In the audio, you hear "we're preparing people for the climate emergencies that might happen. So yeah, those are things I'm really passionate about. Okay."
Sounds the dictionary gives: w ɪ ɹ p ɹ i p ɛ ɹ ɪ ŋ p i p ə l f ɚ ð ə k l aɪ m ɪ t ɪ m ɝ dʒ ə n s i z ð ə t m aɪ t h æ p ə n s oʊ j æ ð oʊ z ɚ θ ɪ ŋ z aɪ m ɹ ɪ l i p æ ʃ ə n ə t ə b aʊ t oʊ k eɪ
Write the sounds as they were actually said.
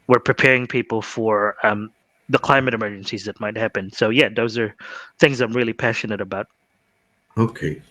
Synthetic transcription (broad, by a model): w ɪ ɹ p ɹ i p ɛ ɹ ɪ ŋ p i p l f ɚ ð ə k l aɪ m ɪ t ɪ m ɝ dʒ ə n s i z ð ə t m aɪ t h æ p ə n s oʊ j æ ð oʊ z ɚ θ ɪ ŋ z aɪ m ɹ ɪ l i p æ ʃ ə n ə t ə b aʊ t oʊ k eɪ